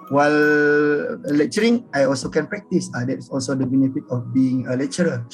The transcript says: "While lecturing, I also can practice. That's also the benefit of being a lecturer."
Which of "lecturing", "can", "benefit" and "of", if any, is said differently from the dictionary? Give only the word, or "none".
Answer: of